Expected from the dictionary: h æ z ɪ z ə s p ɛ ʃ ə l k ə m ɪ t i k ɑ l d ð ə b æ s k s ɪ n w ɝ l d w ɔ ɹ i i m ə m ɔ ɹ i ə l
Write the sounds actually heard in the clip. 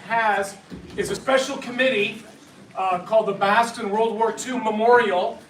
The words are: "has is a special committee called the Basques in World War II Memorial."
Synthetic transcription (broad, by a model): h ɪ z ɪ z ə s p ɛ ʃ l k ə m ɪ t i k ɑ l d ð ə b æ s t ɪ n w ɝ l d w ɔ ɹ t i m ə m ɔ ɹ i l